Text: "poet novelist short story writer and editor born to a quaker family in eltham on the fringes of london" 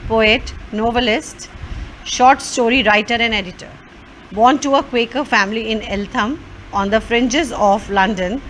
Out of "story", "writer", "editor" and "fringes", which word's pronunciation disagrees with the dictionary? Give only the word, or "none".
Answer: none